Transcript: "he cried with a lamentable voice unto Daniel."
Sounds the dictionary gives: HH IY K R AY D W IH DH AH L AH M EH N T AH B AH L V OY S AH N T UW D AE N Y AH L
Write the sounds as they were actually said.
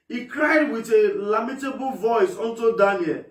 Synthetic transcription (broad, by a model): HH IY K R AY D W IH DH AH L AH M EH T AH B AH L V OY S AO N T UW D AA N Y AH L